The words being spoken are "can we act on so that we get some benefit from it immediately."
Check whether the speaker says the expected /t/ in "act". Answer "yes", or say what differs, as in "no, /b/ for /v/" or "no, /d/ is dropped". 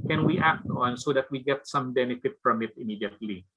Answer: yes